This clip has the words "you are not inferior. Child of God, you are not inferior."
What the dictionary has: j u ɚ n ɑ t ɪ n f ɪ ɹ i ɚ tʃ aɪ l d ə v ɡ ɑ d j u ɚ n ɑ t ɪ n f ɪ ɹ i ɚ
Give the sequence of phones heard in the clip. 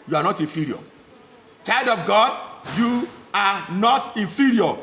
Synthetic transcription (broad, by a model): j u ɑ n ɑ t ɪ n f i ɹ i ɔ tʃ aɪ l d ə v ɡ ɑ d j u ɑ n ɑ t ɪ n f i ɹ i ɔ